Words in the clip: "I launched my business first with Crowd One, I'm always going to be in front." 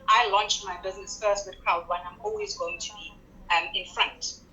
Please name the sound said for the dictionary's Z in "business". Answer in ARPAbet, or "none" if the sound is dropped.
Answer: Z